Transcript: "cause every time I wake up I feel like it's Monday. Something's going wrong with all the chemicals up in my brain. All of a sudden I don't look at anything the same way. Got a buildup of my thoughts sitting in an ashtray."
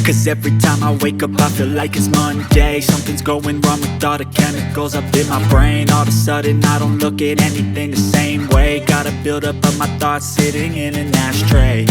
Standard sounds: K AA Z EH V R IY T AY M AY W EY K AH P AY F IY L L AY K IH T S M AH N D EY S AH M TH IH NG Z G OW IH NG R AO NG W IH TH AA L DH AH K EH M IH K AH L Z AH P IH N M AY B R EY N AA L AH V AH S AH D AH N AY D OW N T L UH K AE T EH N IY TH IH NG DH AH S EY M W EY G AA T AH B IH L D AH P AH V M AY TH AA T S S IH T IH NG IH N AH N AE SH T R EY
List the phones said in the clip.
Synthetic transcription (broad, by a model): K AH Z EH V R IY T AY M AY W EY K AH P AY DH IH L L AY K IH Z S M AH N D EY S AH M TH IH NG Z G OW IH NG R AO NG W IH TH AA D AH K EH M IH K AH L Z AH P IH N M AY B R EY N AA L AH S S AH D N AY D OW N T L UH K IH T EH N IY TH IH NG DH AH S EY M W EY G AA T AH B IH L D AH P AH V M AY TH AA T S S IH T IH NG IH N AH N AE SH T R EY